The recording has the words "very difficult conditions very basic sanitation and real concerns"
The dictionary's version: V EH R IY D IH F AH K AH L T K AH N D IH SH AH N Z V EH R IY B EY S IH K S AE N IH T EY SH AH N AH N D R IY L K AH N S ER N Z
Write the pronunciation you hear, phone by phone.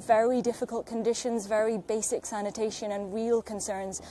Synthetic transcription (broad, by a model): V EH R IY D IH F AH K AH L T K AH N D IH SH AH N Z V EH R IY B EY S IH K S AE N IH T EY SH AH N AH N R IY L K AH N S ER N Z